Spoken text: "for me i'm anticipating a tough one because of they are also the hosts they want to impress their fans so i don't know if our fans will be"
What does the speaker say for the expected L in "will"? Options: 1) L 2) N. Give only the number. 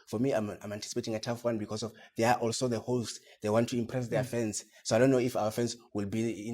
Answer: 1